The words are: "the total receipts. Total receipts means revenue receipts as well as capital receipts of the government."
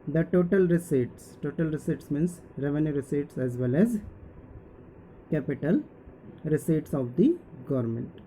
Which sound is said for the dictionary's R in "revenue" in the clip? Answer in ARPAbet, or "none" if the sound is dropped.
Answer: R